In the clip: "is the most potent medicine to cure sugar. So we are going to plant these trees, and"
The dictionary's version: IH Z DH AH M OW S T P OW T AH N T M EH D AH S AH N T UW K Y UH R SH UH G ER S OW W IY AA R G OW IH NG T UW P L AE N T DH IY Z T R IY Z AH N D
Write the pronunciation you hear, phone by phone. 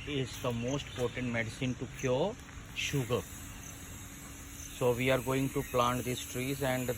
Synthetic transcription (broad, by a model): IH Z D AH M OW S T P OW T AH N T M EH D AH S AH N T UW K Y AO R SH UH G ER S OW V IY AA R G OW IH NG T UW P L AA N T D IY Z T R IY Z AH N D